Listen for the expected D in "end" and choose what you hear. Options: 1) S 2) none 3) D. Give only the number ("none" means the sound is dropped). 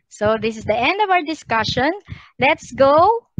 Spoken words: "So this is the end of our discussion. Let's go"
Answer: 3